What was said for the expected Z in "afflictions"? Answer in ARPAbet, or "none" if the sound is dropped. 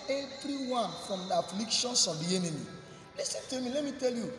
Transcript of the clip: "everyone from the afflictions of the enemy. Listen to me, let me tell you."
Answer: S